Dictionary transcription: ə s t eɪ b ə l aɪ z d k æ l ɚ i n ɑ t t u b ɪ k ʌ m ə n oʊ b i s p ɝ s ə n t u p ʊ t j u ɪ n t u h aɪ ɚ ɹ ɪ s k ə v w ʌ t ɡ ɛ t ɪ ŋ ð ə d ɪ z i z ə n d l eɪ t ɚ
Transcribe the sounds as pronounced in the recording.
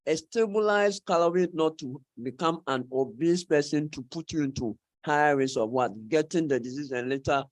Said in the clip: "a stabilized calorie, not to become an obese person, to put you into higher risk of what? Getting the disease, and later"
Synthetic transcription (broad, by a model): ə s t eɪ b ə l aɪ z k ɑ l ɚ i n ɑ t t u b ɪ k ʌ m ə n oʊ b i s p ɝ s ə n t u p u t j u ɪ n t u h aɪ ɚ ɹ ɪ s ə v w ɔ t ɡ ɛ t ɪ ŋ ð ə d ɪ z i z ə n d l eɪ t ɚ